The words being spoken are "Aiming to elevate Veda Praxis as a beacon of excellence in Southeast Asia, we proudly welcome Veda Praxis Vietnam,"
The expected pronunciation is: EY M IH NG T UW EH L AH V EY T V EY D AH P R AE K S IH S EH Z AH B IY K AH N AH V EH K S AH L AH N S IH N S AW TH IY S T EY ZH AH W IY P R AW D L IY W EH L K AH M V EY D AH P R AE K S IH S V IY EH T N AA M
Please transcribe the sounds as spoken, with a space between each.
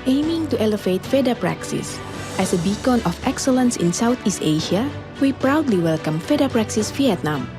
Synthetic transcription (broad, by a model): EY M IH NG T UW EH L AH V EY T F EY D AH P R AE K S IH S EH S AH B IY K AH N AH F EH K S AH L AH N S IH N S AW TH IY S T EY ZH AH W IY P R AW D L IY W EH L K AH M F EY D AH P R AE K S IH S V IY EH T N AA M